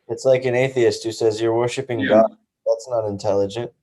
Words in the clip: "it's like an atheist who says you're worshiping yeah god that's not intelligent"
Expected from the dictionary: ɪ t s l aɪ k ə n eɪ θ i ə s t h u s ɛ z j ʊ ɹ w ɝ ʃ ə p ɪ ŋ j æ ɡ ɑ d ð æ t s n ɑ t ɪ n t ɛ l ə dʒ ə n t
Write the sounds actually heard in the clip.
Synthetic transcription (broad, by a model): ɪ t s l aɪ k ə n eɪ θ i ə s t h u s ɛ z j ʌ ɹ w ɝ ʃ ə p ɪ ŋ ɡ ɑ d ð æ t s n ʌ t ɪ n t ɛ l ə dʒ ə n t